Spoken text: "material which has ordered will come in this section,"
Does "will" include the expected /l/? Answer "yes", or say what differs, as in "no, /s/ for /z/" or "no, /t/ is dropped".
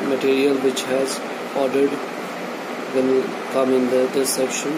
no, /n/ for /l/